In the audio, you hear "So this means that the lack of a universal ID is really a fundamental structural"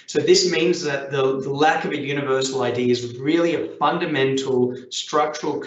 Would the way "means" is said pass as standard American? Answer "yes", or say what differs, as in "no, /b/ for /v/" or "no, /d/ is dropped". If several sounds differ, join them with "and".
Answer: yes